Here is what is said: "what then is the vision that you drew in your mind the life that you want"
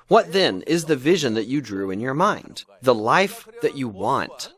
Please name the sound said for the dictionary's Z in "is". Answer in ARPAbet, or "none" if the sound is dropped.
Z